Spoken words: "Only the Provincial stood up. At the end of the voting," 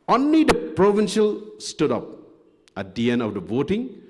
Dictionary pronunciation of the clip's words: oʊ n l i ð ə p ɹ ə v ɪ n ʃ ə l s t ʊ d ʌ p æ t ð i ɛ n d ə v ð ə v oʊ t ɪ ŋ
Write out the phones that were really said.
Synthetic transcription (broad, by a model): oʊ n l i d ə p ɹ ə v ɪ n ʃ ə l s t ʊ d ʌ p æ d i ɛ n ə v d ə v oʊ t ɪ ŋ